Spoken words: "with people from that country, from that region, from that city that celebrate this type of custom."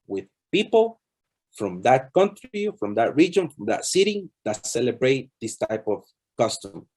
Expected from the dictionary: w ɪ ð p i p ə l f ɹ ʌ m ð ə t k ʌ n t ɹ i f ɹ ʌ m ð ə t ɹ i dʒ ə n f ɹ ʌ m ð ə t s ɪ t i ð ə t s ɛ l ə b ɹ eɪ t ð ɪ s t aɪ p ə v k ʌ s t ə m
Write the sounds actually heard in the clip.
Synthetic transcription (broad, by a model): w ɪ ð p i p ə l f ɹ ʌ m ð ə t k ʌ n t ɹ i f ɹ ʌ m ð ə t ɹ i dʒ ə n f ɹ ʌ m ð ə t s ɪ t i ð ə t s ɛ l ə b ɹ eɪ t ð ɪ s t aɪ p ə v k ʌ s t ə m